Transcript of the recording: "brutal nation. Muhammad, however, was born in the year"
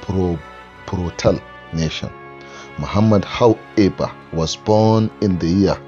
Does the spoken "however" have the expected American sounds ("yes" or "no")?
no